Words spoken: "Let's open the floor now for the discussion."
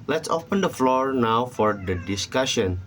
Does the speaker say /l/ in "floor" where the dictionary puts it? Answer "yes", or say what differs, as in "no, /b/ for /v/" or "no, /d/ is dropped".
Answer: yes